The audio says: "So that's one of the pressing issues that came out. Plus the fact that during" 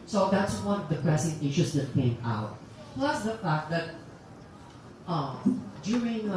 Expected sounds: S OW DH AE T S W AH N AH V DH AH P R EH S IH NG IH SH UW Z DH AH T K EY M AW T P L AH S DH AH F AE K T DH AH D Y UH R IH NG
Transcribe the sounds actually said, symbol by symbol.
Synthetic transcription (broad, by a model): S OW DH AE T S W AH N AH V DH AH P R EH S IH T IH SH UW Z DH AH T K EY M AW T P L AH S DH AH F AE K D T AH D Y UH R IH NG